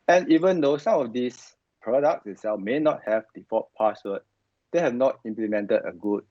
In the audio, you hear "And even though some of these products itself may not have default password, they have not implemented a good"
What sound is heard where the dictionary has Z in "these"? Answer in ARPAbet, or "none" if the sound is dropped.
S